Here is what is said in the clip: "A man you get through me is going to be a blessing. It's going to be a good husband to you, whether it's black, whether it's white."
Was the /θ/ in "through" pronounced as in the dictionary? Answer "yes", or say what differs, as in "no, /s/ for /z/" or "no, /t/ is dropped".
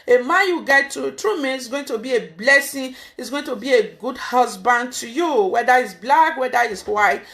no, /t/ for /θ/